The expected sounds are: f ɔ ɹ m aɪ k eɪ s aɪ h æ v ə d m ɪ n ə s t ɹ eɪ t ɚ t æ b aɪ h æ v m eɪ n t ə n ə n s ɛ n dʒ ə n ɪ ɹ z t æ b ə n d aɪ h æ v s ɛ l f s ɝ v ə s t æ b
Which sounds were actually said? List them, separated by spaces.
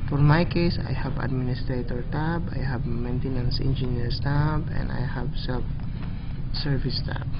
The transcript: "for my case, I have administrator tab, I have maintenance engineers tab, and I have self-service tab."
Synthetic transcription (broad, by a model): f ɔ ɹ m aɪ k eɪ s aɪ h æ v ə d m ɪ n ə s t ɹ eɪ t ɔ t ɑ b aɪ h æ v m eɪ n t ə n ə n s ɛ n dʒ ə n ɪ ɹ s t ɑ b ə n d aɪ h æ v s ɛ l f s ɝ v ə s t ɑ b